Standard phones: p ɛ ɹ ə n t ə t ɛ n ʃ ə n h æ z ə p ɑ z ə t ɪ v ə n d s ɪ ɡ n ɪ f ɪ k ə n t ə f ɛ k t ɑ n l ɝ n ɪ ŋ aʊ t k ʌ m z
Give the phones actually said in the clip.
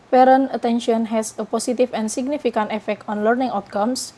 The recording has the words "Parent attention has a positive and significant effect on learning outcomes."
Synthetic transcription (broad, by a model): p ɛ ɹ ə n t ə t ɛ n ʃ ə n h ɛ s ə p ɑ s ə t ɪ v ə n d s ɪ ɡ n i f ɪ k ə n t ə f ɛ k t ɑ n l ɝ n ɪ ŋ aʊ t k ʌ m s